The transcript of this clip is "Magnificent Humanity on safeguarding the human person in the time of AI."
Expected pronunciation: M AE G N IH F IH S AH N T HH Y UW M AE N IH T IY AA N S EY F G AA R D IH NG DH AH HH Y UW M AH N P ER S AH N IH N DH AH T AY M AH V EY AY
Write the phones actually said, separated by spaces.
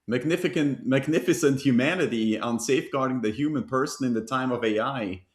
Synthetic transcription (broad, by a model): M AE G N IH F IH S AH N T HH Y UW M AE N IH T IY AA N S EY F G AA R D IH NG DH AH HH Y UW M AH N P ER S AH N IH N DH AH T AY M AH V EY AY